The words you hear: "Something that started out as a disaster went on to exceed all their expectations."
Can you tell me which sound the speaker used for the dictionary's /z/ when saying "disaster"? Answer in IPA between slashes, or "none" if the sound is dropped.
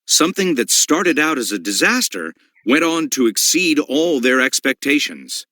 /z/